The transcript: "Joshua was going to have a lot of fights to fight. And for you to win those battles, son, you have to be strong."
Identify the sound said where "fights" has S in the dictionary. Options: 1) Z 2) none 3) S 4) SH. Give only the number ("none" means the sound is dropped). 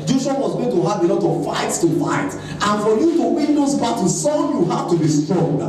3